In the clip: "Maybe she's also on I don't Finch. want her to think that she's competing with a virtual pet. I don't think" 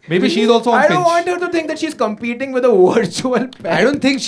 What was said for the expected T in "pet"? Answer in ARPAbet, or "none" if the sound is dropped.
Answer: none